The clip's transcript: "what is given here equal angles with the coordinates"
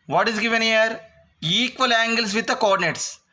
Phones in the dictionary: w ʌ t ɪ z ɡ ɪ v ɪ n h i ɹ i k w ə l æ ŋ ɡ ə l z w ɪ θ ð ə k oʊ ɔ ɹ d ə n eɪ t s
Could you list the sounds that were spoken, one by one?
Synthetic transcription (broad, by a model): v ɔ t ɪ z ɡ ɪ v ɪ n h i ɹ i k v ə l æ ŋ ɡ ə l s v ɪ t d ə k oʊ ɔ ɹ d n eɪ t s